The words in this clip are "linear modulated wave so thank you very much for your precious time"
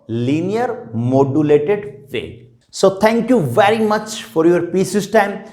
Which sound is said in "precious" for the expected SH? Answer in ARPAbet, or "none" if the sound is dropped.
S